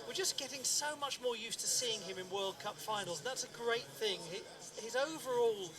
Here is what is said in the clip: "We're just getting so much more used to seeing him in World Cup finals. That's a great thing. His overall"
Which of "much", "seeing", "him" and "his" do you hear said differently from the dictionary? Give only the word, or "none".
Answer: none